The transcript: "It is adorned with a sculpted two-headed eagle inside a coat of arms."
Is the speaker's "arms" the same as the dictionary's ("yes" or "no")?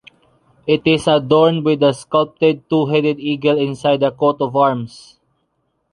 no